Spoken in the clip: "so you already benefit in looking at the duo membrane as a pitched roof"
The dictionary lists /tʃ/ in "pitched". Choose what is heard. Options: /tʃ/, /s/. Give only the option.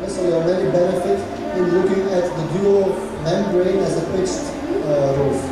/s/